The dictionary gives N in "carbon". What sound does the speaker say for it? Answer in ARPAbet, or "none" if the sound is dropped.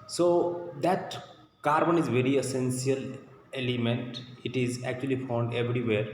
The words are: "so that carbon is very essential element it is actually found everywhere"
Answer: N